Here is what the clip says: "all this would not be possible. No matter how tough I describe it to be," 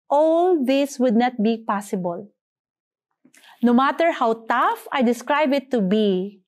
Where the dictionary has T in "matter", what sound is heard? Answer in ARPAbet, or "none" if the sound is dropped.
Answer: T